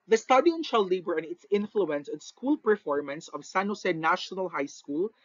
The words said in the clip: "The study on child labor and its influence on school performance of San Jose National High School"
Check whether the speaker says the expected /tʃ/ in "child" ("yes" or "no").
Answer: no